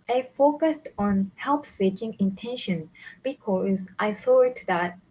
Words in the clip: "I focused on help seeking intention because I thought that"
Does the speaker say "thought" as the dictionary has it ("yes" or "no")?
no